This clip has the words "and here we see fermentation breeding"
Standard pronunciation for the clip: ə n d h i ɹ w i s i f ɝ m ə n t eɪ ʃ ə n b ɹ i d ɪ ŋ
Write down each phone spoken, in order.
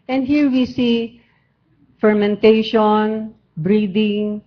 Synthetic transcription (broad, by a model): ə n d h i ɹ w i s i f ɝ m ə n t eɪ ʃ ə n b ɹ i d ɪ ŋ